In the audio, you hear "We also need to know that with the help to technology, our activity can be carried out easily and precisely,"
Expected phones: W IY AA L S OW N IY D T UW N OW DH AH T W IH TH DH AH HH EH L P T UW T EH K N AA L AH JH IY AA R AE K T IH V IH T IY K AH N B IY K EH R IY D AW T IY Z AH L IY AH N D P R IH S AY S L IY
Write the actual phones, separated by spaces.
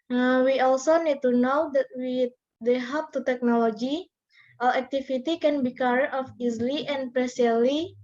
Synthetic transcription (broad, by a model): W IY AA L S OW N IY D T UW N OW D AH T W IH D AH HH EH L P T UW T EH K N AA L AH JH IY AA L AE K T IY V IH T IY K AH N B IY K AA R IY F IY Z L IY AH N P R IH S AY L IY